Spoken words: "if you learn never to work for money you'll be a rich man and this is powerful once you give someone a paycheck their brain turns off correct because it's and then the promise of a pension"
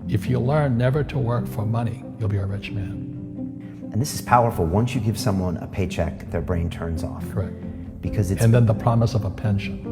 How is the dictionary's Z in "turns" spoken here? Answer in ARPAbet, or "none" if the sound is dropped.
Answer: Z